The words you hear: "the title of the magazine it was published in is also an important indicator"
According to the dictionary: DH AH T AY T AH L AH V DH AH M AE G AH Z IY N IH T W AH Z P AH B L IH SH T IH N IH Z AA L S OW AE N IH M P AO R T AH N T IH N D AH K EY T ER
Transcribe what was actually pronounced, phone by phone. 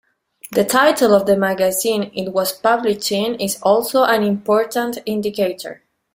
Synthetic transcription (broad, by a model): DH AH T AY T AH L AH V DH AH M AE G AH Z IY N IH T W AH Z P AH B L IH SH IH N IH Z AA L S OW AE N IH M P AO R T AH N T IH N D AH K EY T ER